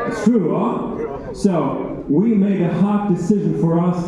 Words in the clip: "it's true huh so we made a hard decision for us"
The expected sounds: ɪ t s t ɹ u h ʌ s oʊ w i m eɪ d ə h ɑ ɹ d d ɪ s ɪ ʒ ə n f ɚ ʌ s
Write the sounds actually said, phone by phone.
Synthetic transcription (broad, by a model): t t ɹ u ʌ s oʊ w i m eɪ d ə h ɑ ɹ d d ɪ s ɪ ʒ ə n f ɚ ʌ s